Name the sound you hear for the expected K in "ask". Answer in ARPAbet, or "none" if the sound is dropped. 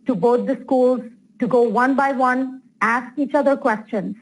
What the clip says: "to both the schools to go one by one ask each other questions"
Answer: K